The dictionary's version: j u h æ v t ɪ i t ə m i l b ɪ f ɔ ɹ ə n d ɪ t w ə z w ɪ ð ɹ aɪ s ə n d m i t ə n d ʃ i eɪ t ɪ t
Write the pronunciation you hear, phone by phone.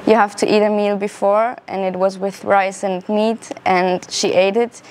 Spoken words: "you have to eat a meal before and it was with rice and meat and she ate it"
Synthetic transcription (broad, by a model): j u h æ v t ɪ i t ə m i l b ɪ f ɔ ɹ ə n ɪ t w ə z w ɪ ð ɹ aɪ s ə n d m i t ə n ʃ i eɪ t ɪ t